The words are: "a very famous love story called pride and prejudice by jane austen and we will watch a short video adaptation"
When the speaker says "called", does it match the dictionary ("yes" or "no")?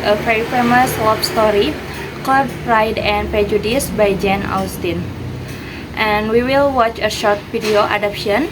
no